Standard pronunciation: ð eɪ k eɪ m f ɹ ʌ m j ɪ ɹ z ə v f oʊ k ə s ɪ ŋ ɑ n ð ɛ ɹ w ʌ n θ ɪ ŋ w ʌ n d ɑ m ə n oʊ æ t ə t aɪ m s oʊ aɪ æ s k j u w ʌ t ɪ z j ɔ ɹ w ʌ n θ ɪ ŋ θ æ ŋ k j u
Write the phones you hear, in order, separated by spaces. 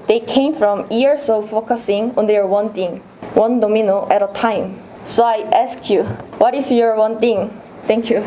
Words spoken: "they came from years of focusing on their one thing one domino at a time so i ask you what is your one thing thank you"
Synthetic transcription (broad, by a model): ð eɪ k eɪ m f ɹ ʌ m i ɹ s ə f oʊ k ə s ɪ ŋ ɑ n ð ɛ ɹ w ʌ n t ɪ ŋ w ʌ n d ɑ m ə n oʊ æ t ə t aɪ m s oʊ aɪ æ s k j u w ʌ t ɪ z j ɔ ɹ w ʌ n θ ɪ ŋ t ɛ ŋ k j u